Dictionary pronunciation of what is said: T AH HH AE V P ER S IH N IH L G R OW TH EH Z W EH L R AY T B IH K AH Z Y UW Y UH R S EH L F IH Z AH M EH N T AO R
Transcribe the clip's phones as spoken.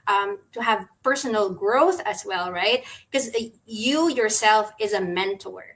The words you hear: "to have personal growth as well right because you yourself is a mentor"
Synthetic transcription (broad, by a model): T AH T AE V P ER S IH N L G R OW TH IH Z W EH L R AY T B K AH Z Y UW Y UH R S EH L F IH Z AH M EH N T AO R